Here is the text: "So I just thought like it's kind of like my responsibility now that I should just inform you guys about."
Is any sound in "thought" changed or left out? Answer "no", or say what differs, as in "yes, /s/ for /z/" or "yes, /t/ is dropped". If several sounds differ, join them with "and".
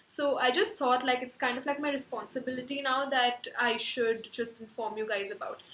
yes, /t/ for /θ/